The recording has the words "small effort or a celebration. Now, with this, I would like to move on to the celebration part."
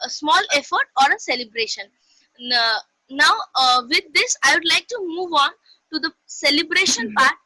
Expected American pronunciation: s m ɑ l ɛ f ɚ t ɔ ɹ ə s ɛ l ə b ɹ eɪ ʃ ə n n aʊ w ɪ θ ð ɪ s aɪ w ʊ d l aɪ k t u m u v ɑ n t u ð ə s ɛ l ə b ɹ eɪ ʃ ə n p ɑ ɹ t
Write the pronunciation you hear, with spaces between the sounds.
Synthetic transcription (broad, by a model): s m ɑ l ɛ f ɚ t ɔ ɹ ə s ɛ l ə b ɹ eɪ ʃ ə n n aʊ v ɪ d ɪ s aɪ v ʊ d l aɪ k t u m u v ɑ n t u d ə s ɛ l ə b ɹ eɪ ʃ ə n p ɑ ɹ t